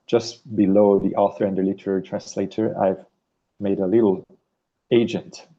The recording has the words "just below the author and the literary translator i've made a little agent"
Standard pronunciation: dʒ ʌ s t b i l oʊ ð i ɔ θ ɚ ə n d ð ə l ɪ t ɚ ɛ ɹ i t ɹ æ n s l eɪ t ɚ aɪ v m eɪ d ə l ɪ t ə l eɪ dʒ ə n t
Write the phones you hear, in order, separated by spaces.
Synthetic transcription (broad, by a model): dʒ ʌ s t b i l oʊ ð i ɔ θ ɚ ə n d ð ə l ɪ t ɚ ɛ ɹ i t ɹ æ n s l eɪ t ɚ aɪ v m eɪ d ə l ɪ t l eɪ dʒ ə n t